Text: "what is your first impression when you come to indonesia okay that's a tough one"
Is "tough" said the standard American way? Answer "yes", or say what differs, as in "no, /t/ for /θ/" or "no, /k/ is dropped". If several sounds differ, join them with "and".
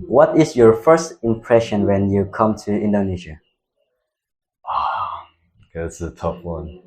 no, /p/ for /f/